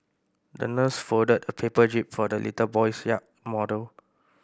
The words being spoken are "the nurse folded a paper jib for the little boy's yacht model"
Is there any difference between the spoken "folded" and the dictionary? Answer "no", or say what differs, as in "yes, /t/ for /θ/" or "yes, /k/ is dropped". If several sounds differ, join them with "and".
yes, /l/ is dropped